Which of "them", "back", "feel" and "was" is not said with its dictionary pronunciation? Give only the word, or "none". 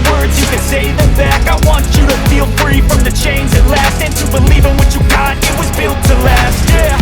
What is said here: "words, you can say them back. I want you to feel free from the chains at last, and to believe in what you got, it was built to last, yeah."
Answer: none